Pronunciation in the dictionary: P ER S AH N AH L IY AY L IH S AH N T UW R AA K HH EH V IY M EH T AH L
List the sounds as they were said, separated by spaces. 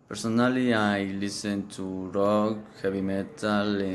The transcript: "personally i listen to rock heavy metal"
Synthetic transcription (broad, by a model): P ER S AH N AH L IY AY L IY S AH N T UW R AA K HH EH B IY M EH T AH L